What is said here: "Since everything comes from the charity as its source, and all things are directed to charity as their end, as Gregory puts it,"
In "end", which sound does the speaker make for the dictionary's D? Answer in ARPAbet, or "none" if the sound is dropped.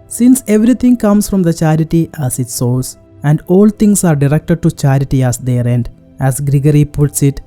D